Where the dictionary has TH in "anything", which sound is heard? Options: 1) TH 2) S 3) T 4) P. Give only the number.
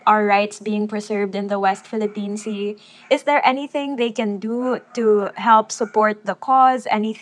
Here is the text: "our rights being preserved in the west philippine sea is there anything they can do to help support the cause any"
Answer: 1